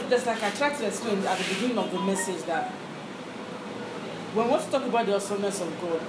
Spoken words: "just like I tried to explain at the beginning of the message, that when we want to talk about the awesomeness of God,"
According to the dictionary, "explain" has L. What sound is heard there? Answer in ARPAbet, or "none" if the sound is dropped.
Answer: none